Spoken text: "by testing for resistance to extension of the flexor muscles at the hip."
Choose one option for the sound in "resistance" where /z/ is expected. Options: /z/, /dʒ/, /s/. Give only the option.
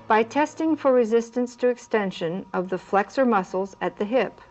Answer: /z/